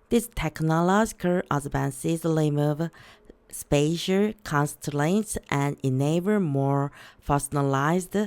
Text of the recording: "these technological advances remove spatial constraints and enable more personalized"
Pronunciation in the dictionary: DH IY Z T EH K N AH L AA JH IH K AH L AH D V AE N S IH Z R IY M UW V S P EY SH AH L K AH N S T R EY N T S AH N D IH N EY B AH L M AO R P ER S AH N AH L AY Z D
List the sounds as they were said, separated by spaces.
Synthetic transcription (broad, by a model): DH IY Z T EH K N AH L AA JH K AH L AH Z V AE N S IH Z L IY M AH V S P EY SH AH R K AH N S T L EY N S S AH N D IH N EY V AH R M AO R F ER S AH N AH L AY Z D